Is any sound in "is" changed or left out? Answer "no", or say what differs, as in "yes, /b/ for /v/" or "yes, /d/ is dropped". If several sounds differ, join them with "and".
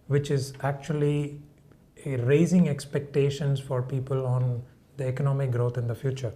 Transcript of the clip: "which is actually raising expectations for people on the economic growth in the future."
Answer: no